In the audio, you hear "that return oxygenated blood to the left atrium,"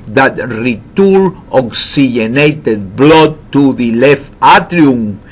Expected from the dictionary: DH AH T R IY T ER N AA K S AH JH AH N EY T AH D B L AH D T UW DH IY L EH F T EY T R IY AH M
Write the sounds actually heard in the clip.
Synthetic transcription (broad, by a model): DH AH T R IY T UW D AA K S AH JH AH N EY T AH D B L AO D T UW DH IY L EH F T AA T R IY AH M